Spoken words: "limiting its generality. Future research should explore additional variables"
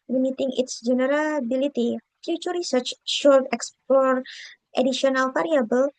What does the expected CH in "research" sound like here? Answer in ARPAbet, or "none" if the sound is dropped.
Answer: CH